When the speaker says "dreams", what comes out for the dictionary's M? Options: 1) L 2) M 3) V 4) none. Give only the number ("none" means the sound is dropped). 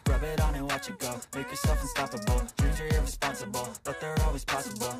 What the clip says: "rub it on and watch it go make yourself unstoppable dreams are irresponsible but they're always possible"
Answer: 4